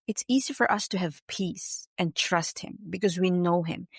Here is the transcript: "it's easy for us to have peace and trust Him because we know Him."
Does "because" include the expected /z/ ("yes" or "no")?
yes